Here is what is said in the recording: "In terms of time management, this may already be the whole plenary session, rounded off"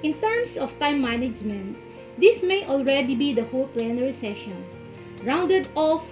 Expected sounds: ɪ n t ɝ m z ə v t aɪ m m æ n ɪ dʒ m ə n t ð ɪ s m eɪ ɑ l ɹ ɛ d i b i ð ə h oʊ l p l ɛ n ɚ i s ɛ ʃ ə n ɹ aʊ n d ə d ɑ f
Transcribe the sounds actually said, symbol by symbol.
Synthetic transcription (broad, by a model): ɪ n t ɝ m s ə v t aɪ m m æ n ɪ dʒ m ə n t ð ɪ s m eɪ ɑ l ɹ ɛ d i b i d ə h oʊ l p l ɛ n ɚ i s ɛ ʃ ə n ɹ aʊ n d ə d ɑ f